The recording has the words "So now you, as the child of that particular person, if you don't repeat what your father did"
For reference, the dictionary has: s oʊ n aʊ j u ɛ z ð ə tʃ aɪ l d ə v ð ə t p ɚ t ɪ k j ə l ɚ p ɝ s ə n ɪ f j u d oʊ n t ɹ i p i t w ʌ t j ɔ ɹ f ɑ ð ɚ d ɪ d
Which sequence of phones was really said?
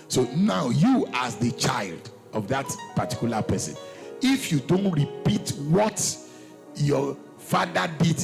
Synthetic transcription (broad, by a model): s oʊ n aʊ j u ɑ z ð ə tʃ aɪ l d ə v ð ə t p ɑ t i k j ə l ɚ p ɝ s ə n ɪ f j u d oʊ n t ɹ i p i t w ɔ t j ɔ f ɑ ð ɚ d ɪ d